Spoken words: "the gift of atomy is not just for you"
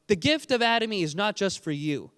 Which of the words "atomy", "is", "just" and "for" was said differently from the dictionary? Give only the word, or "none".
none